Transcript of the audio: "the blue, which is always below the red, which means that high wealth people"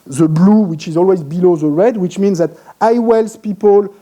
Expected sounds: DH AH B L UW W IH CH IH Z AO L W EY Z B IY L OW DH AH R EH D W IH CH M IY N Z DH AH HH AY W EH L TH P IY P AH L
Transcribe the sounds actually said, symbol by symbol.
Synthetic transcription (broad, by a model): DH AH B L UW W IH CH IH Z AO L W EY Z B IY L OW DH AH R EH D W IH CH M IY N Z DH AH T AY W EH L S P IY P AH L